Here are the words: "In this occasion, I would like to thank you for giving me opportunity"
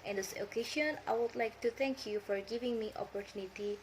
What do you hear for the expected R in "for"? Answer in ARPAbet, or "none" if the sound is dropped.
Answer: R